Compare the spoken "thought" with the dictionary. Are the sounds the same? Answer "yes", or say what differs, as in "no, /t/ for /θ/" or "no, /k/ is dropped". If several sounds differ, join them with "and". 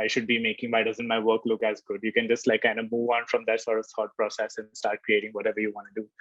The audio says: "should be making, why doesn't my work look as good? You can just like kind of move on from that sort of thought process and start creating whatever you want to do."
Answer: no, /s/ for /θ/